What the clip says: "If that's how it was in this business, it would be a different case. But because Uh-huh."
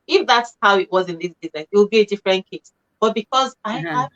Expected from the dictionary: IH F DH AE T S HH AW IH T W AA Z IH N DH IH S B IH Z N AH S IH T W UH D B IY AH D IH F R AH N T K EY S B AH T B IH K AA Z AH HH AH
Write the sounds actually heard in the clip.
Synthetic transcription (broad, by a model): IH F DH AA T S HH AW IH T W AA Z IH N DH IH S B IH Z N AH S IH T W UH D B IY AH D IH F R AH N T K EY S B AH T B IH K AA Z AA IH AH